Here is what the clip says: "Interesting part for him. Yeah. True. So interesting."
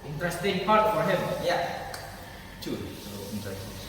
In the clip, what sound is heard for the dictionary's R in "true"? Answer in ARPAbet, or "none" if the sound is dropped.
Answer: none